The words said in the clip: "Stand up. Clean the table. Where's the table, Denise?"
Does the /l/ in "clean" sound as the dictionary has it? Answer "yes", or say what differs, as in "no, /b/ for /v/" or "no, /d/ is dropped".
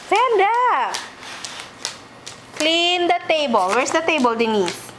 yes